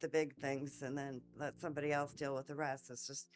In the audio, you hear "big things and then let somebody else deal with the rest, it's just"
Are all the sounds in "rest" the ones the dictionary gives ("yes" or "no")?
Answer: no